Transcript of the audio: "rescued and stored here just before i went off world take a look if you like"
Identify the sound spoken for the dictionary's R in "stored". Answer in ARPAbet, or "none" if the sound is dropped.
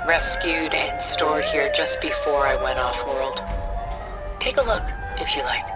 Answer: R